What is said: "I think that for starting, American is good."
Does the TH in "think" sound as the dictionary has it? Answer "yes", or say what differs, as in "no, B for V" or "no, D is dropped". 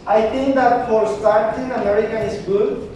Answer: no, T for TH